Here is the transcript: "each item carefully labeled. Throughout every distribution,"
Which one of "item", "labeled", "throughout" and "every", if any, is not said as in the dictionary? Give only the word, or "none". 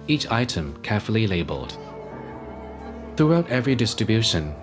none